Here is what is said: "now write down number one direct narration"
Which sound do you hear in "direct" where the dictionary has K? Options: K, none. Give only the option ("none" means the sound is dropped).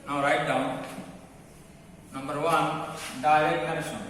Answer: none